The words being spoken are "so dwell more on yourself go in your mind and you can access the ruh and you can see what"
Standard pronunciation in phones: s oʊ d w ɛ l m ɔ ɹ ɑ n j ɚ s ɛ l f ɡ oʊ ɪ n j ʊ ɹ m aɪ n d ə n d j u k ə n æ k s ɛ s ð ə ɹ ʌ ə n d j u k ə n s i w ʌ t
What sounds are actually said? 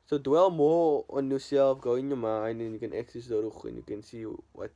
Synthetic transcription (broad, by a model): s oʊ d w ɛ l m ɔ l ɑ n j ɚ s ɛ l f ɡ oʊ ɪ n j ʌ m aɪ n ə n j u k ə n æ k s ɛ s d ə ɹ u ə n j u k ə n s i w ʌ t